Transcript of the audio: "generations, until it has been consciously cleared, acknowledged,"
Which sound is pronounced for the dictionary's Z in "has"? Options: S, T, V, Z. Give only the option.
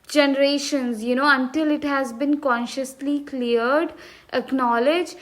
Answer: Z